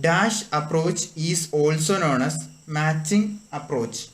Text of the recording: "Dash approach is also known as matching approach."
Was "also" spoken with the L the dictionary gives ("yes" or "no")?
yes